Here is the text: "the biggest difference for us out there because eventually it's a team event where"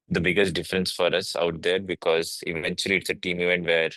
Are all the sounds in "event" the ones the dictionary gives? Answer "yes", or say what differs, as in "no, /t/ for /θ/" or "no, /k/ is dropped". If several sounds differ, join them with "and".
yes